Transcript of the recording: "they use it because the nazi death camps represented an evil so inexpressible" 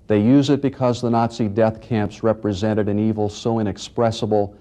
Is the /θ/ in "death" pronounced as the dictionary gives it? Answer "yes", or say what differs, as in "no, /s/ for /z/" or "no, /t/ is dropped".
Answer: yes